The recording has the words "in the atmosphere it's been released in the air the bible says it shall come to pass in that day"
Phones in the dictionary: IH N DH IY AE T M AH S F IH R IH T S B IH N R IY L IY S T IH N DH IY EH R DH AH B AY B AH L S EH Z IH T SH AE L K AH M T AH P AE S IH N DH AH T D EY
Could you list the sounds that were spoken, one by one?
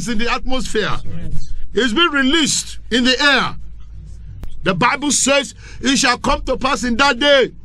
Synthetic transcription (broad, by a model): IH N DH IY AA T M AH S F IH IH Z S B IH N R IY L IY S T IH N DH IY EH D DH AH B AY B AH L S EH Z IH T SH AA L K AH M T AH P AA S IH N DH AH T D EY